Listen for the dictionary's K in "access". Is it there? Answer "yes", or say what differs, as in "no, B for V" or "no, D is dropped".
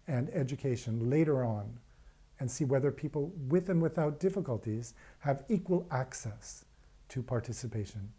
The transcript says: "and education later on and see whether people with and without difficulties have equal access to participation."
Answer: yes